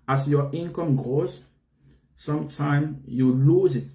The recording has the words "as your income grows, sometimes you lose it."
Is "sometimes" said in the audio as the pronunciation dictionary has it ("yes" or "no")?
no